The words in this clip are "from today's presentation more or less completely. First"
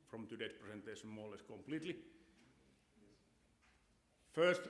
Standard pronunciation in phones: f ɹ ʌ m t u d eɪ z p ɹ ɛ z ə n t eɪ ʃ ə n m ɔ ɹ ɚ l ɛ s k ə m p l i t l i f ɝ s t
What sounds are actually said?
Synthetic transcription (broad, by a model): f ɹ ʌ m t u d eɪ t p ɹ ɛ s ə n t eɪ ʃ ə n m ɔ l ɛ s k ə m p l i t l i f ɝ s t